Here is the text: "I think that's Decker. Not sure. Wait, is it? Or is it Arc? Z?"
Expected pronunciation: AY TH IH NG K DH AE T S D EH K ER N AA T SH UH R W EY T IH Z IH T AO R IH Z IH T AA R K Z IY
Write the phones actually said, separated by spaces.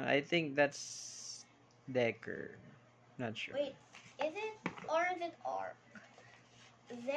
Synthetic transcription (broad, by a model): AY TH IH NG K DH AE T S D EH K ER N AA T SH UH W EY T IH Z IH T AO R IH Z IH T AA R K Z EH